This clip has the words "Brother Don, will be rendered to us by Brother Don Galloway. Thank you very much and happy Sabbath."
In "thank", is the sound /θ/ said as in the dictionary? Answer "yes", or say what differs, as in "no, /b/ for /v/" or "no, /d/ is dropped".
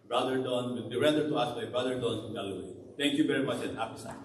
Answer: no, /t/ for /θ/